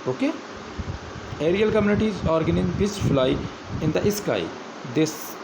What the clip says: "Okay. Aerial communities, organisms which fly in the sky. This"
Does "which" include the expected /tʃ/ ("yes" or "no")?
no